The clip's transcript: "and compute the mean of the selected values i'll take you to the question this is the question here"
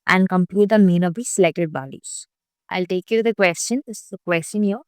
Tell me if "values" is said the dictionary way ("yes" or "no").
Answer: no